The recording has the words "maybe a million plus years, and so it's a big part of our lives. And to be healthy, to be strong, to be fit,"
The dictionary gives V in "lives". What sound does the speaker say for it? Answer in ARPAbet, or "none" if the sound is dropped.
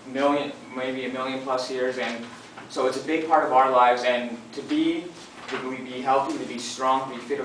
V